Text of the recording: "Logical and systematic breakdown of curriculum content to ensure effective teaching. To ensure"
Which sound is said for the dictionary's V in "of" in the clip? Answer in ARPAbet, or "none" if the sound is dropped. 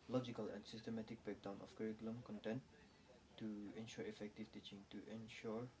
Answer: F